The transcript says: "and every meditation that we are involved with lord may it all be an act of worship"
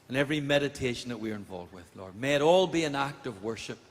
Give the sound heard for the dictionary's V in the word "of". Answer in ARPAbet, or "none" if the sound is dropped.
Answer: V